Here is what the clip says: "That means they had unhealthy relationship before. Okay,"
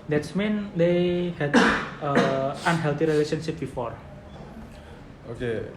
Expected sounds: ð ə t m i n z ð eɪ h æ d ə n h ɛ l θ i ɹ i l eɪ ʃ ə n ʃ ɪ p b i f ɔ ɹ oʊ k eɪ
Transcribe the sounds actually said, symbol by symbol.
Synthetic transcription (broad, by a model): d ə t m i n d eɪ h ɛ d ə n h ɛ l t i ɹ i l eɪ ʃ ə n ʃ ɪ p b i f ɔ ɹ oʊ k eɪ